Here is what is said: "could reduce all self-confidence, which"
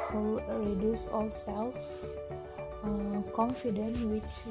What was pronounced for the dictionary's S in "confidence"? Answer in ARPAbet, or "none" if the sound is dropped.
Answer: none